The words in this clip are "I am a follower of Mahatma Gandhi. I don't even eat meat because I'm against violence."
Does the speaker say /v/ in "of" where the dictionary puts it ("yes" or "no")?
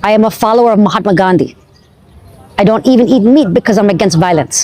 yes